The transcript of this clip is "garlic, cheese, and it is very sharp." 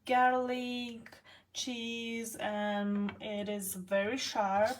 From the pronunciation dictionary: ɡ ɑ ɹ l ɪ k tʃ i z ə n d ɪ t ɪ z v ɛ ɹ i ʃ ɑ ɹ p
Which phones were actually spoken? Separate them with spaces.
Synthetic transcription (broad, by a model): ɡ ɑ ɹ l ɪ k tʃ i z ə n ɪ t ɪ z v ɛ ɹ i ʃ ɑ ɹ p